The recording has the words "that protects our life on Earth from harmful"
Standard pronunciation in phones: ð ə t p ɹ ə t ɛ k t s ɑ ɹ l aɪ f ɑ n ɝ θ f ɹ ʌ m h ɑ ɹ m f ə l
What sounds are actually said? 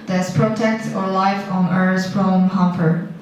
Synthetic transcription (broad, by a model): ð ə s p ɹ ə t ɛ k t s ɑ ɹ l aɪ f ɑ n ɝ s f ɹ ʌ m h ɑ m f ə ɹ